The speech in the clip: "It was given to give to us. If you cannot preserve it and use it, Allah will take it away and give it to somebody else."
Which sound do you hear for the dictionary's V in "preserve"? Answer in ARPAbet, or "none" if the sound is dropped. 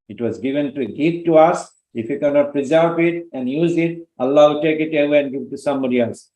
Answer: P